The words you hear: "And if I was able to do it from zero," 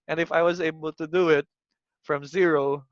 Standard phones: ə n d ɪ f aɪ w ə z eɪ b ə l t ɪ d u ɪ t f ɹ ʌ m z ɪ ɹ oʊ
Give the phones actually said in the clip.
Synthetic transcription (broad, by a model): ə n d ɪ f aɪ w ə z eɪ b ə l t ɪ d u ɪ t f ɹ ʌ m z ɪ ɹ oʊ